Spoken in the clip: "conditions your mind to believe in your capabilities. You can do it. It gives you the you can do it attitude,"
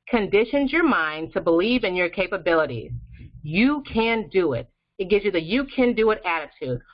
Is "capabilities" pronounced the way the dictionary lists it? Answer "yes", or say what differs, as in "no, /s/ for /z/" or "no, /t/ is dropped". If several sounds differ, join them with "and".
yes